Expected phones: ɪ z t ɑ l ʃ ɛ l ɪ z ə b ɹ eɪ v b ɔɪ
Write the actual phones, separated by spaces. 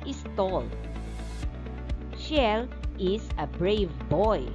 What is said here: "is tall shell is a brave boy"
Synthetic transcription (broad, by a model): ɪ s t ɑ l ʃ ɛ l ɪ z ə b ɹ eɪ v b ɔɪ